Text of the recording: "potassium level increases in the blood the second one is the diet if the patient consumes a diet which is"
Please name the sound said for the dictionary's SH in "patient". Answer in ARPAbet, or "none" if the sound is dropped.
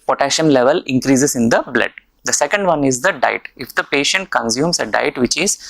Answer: SH